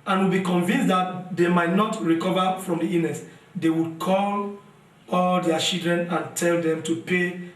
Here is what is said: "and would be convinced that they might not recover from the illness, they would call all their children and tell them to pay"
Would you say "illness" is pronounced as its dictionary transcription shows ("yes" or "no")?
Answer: no